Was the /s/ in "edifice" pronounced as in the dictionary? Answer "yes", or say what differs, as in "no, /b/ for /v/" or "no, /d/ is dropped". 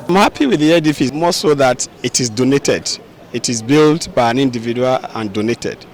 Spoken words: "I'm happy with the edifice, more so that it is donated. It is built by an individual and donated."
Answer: no, /s/ is dropped